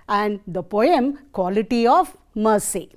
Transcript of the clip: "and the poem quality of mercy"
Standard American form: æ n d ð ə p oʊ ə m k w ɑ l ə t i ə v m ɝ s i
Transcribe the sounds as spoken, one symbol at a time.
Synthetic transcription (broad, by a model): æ n d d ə p oʊ ə m k w ɑ l ə t i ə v m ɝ s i